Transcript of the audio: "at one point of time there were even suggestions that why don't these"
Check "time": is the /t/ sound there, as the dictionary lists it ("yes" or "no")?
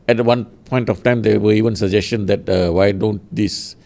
yes